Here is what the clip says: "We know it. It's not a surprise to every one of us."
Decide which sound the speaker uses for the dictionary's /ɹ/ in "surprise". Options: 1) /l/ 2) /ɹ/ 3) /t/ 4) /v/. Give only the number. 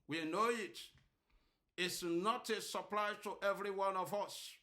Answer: 1